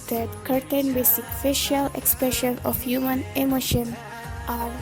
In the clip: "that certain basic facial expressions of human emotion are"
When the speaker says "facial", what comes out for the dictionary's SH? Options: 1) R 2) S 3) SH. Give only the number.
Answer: 3